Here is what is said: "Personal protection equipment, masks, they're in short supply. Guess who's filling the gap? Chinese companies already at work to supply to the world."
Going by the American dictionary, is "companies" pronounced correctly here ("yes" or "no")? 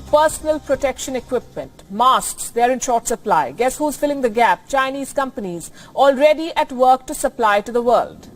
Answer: yes